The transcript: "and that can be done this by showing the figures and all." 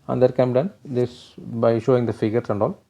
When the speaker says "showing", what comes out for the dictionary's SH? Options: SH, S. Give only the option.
SH